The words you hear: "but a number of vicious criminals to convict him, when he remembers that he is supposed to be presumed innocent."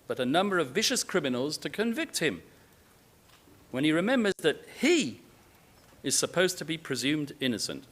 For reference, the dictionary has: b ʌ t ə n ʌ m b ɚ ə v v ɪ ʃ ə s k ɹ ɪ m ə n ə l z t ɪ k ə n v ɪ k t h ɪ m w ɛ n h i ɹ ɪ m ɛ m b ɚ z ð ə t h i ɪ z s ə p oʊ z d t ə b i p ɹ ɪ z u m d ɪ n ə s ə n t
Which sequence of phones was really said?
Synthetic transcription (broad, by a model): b ʌ t ə n ʌ m b ɚ ə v v ɪ ʃ ə s k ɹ ɪ m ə n l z t ɪ k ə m v ɪ k t h ɪ m w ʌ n i ɹ ɪ m ɛ m b ɚ z ð ə t h i ɪ z s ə p oʊ z t ə b i p ɹ ɪ z u m d ɪ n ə s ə n t